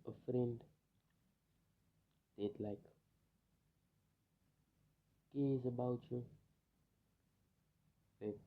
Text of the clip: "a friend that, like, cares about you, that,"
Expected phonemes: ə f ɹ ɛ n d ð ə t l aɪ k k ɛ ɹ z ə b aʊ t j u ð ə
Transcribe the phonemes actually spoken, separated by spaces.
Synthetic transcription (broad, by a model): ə f ɹ ɛ n d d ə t l aɪ k k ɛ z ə b aʊ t j u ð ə